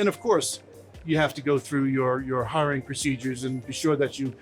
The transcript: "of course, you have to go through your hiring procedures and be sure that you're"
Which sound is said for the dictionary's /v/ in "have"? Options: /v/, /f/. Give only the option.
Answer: /f/